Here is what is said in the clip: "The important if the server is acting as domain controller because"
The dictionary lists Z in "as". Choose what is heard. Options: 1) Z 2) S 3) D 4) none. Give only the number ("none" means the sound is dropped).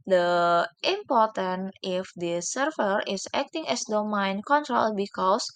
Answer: 2